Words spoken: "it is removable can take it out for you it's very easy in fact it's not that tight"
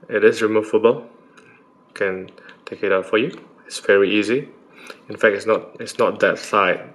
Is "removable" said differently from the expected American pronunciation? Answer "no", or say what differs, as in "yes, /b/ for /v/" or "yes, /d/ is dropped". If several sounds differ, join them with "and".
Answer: yes, /f/ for /v/